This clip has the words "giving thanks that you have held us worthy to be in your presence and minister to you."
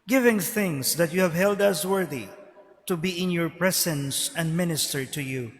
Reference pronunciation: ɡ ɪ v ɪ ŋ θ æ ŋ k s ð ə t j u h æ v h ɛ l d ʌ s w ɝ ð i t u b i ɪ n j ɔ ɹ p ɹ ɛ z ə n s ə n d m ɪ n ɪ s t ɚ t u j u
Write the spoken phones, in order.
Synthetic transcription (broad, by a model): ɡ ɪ v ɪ ŋ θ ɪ ŋ s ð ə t j u h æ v h ɛ l d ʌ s w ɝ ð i t u b i ɪ n j ɔ ɹ p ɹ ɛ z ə n s ə n d m ɪ n ɪ s t ɚ t u j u